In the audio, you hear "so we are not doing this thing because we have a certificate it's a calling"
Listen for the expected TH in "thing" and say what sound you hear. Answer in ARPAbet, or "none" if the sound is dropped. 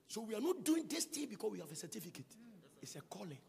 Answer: T